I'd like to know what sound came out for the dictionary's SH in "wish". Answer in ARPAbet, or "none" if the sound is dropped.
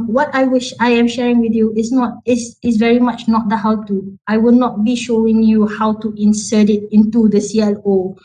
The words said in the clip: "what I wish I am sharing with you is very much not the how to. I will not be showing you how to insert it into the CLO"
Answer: SH